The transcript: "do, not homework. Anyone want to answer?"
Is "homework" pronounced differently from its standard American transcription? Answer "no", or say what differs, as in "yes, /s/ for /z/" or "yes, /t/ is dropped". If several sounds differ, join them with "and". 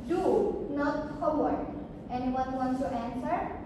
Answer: yes, /m/ is dropped